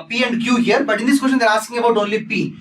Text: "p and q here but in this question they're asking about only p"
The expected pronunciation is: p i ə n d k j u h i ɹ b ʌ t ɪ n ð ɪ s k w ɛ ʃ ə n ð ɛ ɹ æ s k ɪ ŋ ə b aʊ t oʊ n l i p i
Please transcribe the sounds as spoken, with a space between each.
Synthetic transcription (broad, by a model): p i ə n d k j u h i ɹ b ʌ t ɪ n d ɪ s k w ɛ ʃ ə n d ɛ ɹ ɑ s ɪ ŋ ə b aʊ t oʊ n l i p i